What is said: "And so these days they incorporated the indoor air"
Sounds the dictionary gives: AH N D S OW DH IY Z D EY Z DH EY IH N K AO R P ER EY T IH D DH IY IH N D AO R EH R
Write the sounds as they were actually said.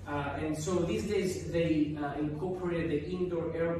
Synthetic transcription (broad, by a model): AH N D S OW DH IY S D EY Z DH EY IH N K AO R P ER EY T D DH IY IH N D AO R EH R